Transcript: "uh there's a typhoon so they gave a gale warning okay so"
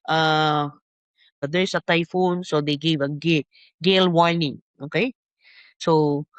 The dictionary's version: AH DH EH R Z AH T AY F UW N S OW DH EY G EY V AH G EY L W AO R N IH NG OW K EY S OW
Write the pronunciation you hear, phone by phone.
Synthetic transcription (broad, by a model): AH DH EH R S AH T AY F UW N S OW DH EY G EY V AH G EY L W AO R N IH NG OW K EY S OW